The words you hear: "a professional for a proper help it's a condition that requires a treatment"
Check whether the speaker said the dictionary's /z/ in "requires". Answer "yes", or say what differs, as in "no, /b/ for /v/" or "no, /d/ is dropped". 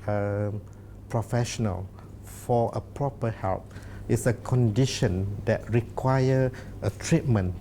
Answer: no, /z/ is dropped